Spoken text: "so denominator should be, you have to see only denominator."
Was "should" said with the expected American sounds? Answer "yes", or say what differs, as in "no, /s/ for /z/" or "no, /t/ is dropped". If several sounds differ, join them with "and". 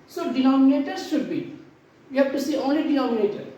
yes